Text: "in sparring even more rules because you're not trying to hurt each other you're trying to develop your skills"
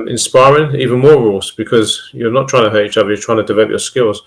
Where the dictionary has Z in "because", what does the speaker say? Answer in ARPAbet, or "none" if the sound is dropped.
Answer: Z